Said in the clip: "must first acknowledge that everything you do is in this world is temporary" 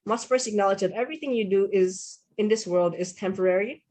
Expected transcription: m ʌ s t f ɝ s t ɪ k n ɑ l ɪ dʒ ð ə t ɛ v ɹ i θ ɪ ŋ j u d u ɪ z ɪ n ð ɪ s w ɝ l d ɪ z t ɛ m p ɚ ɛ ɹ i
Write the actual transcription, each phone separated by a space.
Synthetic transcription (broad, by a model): m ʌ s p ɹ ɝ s ɪ k n ɑ l ɪ dʒ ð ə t ɛ v ɹ i θ ɪ ŋ j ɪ d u ɪ z ɪ n ð ɪ s w ɝ l d ɪ z t ɛ m p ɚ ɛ ɹ i